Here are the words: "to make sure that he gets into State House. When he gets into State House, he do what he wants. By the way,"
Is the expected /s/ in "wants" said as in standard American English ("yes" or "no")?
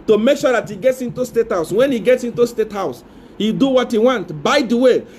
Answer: no